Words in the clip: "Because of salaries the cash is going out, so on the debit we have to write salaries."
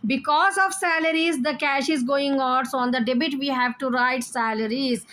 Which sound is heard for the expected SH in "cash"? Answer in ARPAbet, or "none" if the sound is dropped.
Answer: SH